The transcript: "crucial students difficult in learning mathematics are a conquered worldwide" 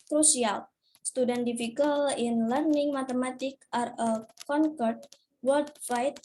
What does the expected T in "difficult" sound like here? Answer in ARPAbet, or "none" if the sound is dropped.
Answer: none